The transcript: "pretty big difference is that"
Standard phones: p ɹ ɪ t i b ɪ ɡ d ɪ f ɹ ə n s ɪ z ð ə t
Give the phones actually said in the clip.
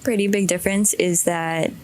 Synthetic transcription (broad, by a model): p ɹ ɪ t i b ɪ ɡ d ɪ f ɹ ə n s ɪ z ð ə t